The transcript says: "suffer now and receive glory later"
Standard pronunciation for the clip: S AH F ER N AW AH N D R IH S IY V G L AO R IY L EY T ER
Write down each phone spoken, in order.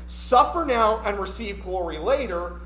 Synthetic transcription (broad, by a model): S AH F ER N AW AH N R IH S IY V G L AO R IY L EY T ER